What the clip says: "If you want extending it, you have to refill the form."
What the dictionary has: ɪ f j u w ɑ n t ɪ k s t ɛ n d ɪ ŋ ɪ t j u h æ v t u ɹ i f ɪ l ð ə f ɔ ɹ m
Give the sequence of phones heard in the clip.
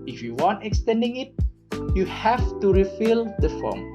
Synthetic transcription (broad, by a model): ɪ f j u w ɑ n t ɪ k s t ɛ n d ɪ ŋ ɪ t j u h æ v t u ɹ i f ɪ l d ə f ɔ m